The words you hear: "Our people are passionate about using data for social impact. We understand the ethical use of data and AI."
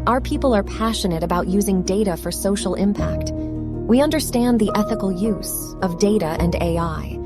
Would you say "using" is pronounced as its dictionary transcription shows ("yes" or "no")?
yes